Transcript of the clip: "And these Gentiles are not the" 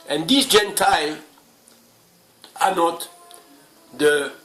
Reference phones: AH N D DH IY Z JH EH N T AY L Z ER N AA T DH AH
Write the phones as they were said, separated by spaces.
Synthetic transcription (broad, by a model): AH N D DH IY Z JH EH N T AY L AA N AA T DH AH